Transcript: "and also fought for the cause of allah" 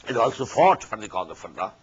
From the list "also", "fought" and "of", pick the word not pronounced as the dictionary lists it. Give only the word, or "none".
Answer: of